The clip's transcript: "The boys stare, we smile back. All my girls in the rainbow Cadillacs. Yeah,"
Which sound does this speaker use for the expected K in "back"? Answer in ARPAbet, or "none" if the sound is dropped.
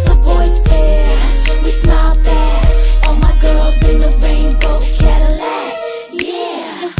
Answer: none